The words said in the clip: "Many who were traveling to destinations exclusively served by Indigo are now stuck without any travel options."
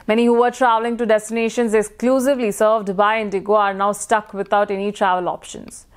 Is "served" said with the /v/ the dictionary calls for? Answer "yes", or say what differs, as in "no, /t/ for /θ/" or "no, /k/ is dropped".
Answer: yes